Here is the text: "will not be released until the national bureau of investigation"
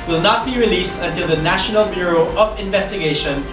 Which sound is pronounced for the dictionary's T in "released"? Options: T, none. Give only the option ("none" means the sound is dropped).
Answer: T